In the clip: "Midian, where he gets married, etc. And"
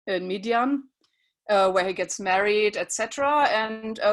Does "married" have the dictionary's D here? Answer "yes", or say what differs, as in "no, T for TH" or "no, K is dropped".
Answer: yes